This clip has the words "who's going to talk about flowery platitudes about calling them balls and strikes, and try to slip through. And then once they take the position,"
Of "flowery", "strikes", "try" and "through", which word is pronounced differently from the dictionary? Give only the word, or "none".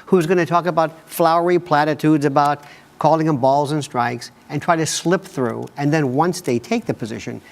none